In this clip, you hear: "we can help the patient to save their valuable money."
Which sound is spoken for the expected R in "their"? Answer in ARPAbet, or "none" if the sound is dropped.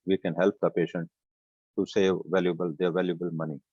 L